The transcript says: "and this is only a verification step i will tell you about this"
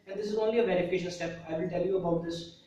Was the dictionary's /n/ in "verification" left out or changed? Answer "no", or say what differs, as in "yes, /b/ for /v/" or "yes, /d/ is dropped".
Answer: yes, /l/ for /n/